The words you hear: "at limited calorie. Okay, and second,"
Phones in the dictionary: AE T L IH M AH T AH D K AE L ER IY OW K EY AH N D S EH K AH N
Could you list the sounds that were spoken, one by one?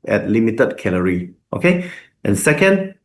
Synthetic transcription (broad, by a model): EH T L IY M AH T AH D K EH L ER IY OW K EY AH N S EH K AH N